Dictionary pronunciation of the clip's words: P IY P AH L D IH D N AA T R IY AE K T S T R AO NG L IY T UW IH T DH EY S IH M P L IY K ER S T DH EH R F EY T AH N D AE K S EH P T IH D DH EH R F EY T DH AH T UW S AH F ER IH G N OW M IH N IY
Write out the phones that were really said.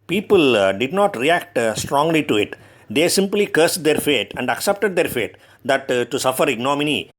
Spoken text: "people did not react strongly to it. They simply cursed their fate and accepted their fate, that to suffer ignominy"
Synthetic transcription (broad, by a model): P IY P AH L D IH D N AA T R IY AE K T S T R AO NG L IY T UW IH T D EY S IH M P L IY K ER S T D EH R F EY T AH N D AE K S EH P T IH D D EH R F EY T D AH T UW S AH F ER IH G N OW M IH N IY